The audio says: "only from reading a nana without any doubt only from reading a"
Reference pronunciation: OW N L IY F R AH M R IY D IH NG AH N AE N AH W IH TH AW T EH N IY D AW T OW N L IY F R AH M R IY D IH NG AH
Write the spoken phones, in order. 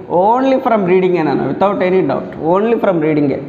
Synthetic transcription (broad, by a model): OW N L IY F R AH M R IY D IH NG AH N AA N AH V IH T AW T EH N IY D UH T OW N L IY F R AH M R IY D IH NG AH